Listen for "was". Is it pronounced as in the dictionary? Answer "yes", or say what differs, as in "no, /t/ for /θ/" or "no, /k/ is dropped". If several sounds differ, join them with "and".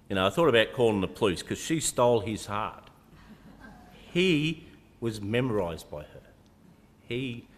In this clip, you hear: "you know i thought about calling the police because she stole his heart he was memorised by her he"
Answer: yes